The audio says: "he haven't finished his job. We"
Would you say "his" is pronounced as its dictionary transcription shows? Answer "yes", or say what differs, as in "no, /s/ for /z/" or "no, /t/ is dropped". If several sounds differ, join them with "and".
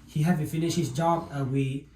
no, /s/ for /z/